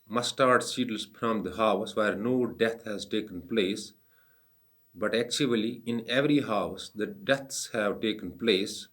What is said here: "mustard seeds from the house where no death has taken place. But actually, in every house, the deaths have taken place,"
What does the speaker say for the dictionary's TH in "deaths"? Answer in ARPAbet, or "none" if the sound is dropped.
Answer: T